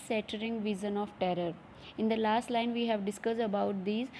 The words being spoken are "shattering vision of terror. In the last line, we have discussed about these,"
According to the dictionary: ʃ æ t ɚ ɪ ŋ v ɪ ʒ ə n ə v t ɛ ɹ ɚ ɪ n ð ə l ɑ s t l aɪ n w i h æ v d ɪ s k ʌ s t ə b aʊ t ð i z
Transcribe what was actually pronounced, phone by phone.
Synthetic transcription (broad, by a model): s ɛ t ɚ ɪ ŋ v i z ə n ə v t ɛ ɹ ɚ ɪ n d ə l ɑ s t l aɪ n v i h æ v d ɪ s k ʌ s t ə b aʊ t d i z